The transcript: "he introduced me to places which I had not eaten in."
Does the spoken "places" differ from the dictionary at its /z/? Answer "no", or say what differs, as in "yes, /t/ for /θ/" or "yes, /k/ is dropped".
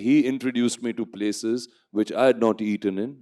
no